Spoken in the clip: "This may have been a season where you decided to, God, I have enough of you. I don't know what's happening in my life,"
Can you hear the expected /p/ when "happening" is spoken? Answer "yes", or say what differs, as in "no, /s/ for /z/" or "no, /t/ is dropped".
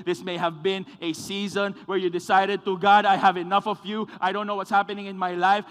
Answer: yes